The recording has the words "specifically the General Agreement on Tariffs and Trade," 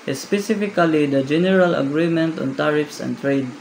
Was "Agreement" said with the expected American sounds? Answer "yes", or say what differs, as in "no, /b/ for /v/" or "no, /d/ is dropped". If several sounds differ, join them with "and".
yes